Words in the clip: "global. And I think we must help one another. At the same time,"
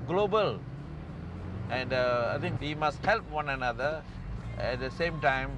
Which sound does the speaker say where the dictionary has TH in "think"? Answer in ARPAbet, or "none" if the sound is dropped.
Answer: T